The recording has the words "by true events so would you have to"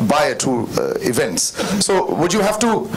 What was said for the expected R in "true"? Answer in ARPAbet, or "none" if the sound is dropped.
none